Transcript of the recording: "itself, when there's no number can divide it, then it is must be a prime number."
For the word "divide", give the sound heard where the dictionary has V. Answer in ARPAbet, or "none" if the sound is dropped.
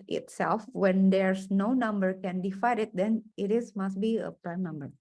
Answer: F